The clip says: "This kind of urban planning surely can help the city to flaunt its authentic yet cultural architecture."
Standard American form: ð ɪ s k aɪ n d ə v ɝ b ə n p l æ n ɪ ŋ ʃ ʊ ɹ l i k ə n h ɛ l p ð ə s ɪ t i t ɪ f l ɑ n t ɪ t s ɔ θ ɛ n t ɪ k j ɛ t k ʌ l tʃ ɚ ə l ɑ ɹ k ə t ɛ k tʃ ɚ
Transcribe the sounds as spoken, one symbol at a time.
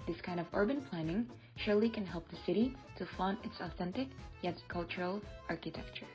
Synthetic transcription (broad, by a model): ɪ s k aɪ n d ə v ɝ b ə n p l æ n ɪ ŋ ʃ ʊ ɹ l i k ə n h ɛ l p ð ə s ɪ t i t ɪ f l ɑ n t ɪ t s ɔ θ ɛ n t ɪ k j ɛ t k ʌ l tʃ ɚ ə l ɑ ɹ k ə t ɛ k tʃ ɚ